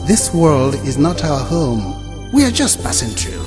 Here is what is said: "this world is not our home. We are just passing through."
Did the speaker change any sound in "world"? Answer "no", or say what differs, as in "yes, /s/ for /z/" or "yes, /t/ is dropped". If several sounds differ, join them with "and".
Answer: no